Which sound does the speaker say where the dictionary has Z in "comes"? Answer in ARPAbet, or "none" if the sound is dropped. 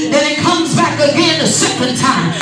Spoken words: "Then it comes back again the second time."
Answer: Z